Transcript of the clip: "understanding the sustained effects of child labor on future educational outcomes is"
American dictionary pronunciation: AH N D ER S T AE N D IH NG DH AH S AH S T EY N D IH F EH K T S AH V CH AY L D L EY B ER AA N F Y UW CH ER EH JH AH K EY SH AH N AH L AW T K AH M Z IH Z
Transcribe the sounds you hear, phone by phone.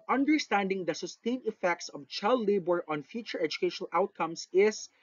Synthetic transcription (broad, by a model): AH N D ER S T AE N D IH NG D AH S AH S T EY N IH F EH K T S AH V CH AY L D L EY B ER AA N F Y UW CH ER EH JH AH K EY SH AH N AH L AW T K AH M S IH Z